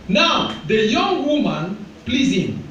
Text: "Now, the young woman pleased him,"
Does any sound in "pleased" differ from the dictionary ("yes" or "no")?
yes